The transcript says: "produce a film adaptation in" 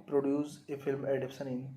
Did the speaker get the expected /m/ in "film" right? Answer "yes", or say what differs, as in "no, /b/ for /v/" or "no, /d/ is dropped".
yes